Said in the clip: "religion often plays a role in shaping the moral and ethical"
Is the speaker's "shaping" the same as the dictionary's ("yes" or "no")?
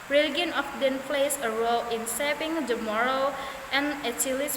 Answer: no